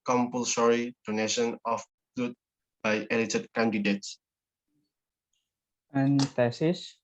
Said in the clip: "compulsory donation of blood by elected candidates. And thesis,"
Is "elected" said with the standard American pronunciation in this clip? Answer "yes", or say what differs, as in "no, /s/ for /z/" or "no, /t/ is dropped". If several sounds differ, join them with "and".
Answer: no, /k/ is dropped